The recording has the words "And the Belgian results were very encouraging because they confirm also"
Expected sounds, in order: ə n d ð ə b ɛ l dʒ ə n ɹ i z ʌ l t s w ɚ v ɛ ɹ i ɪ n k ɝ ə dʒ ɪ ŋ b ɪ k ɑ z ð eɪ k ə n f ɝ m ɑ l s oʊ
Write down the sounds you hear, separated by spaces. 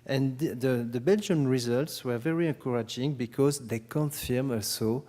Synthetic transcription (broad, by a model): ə n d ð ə b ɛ l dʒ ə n ɹ i z ʌ l t s w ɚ v ɛ ɹ i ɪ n k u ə dʒ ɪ ŋ b ɪ k ɑ z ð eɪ k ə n f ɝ m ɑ l s oʊ